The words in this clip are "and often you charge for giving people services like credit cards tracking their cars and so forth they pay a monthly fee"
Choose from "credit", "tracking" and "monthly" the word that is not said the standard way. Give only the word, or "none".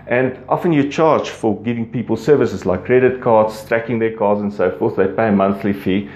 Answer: none